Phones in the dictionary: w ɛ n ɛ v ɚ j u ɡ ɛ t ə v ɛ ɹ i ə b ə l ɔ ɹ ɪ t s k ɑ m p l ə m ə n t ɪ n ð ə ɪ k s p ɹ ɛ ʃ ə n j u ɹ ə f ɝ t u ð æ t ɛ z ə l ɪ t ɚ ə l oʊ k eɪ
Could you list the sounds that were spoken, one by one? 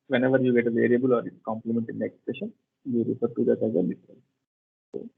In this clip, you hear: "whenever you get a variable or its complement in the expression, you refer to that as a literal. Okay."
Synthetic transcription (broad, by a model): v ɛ n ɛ v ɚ j u ɡ ɛ t ə v ɛ ɹ i ə b ə l ɔ ɹ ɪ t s k ɑ m p l ə m ə n t ɪ n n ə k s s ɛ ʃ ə n j u ɹ ə f ɝ t u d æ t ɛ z ə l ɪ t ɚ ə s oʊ